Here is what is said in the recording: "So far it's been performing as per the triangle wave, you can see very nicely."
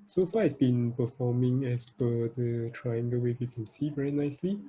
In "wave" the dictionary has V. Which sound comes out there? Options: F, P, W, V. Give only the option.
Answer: F